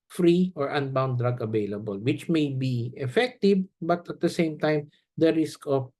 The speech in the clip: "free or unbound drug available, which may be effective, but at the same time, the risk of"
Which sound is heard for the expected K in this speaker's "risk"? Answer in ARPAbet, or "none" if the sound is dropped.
K